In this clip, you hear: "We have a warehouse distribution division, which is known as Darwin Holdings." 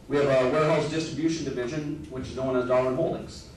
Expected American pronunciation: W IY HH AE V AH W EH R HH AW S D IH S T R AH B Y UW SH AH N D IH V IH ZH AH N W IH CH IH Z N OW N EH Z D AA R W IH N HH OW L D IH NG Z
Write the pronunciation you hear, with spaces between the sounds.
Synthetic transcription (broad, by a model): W IY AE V AH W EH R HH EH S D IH S T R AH B Y UW SH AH N D IH V IH ZH AH N W IH CH IH Z N OW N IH Z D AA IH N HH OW L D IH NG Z